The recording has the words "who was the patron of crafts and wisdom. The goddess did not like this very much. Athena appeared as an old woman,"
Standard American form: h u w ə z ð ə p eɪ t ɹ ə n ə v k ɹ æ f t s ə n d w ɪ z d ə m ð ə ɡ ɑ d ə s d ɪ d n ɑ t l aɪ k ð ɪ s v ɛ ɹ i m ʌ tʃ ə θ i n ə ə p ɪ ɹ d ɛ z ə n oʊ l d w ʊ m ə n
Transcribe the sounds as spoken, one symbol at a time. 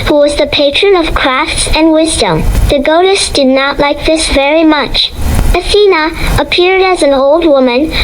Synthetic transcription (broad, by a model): h u w ə z ð ə p eɪ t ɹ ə n ə v k ɹ æ f t s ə n w ɪ z d ə m ð ə ɡ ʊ d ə s d ɪ d n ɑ t l aɪ k ð ɪ s v ɛ ɹ i m ʌ tʃ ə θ i n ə ə p ɪ ɹ d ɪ z n oʊ l d w ʊ m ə n